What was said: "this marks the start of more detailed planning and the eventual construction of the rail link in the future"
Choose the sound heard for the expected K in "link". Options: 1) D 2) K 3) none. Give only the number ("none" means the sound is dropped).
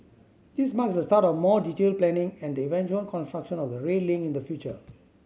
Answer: 3